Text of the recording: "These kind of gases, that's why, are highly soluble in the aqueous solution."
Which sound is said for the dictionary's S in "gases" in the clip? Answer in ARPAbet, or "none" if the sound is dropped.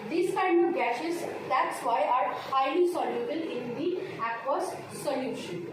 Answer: SH